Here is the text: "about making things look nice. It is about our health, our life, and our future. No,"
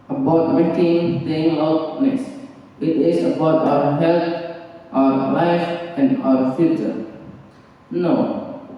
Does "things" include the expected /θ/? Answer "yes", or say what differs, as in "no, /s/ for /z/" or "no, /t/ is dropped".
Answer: no, /t/ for /θ/